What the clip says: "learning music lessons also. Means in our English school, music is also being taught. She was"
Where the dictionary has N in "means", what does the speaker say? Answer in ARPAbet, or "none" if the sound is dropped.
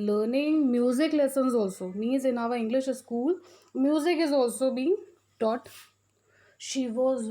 none